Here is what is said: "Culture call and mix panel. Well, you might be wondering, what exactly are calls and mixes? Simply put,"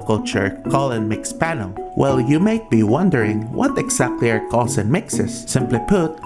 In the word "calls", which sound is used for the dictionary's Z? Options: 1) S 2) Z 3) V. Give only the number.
1